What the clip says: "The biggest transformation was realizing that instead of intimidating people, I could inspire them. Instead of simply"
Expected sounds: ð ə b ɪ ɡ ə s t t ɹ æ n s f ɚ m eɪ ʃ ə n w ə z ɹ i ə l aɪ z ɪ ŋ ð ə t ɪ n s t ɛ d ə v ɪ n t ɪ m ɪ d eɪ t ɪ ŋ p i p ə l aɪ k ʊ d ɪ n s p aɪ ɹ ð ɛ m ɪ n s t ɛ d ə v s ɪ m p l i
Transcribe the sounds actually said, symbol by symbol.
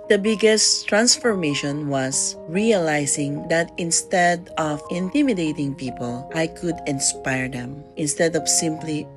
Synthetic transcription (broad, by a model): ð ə b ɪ ɡ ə s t t ɹ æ n s f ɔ m eɪ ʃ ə n w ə s ɹ i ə l aɪ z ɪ ŋ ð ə t ɪ n s t ɛ d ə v ɪ n t ɪ m ɪ d eɪ t ɪ ŋ p i p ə l aɪ k ʊ d ɪ n s p aɪ ɹ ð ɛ m ɪ n s t ɛ d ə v s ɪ m p l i